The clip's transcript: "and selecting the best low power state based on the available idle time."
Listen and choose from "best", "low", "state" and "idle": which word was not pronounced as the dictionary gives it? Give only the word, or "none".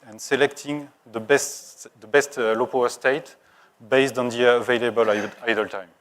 none